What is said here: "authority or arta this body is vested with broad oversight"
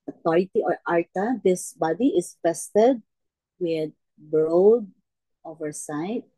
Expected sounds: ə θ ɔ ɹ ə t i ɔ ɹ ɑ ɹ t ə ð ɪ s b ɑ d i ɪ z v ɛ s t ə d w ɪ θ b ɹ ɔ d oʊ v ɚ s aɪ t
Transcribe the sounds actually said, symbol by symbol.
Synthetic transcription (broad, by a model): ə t ɔ ɹ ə t i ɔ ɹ ɑ ɹ t ə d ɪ s b ɑ d i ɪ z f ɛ s t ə d w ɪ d b ɹ ɔ d oʊ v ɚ s aɪ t